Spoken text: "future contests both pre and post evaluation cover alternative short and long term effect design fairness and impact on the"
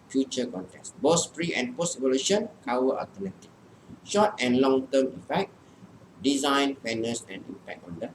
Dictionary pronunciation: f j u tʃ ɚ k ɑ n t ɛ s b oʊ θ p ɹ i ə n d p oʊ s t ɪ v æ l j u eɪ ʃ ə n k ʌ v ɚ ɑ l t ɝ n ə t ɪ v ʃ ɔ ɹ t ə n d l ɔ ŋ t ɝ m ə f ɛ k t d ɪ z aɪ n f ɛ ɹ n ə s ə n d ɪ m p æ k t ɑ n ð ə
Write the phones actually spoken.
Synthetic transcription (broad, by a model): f j u tʃ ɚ k ɑ n t ɛ s b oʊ s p ɹ i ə n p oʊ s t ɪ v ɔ l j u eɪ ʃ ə n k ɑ w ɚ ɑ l t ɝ n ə t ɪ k ʃ ɔ t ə n l ɔ ŋ t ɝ m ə f ɛ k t d ɪ z aɪ n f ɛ n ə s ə n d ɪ m p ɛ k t ɑ n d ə